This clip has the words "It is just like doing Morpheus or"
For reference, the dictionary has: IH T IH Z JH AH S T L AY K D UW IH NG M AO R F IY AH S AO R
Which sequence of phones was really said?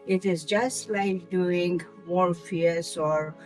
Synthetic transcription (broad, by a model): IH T IH Z JH AH S T L AY K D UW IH NG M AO L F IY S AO R